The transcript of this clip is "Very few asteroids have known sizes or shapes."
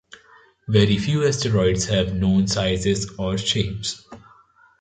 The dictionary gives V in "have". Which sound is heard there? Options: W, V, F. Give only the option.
V